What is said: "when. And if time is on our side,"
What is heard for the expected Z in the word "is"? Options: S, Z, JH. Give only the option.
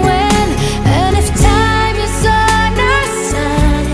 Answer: S